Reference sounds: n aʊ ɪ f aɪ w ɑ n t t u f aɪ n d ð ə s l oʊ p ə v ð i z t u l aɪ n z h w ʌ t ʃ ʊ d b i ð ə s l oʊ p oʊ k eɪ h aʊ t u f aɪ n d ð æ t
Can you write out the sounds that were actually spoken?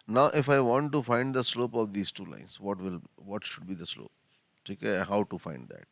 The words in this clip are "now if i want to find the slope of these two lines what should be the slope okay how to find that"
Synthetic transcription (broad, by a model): n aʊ ɪ f aɪ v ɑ n t t u f aɪ n d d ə s l oʊ p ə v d i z t u l aɪ n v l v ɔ t ʃ ʊ d b i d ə s l oʊ p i k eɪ h aʊ t u f aɪ n d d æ t